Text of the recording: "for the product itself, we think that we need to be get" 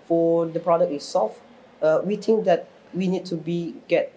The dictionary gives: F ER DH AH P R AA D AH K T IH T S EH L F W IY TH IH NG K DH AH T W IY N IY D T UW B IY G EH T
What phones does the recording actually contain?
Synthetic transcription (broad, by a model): F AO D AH P R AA D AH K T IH S S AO F W IY T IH NG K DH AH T W IY N IY D T UW B IY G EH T